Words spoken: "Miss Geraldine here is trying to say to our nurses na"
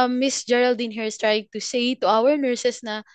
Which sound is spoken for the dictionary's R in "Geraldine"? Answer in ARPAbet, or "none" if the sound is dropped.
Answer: R